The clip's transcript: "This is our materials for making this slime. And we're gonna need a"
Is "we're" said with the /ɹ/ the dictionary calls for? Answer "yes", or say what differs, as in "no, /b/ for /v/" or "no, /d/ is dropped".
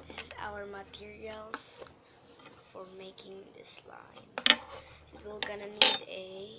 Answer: no, /l/ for /ɹ/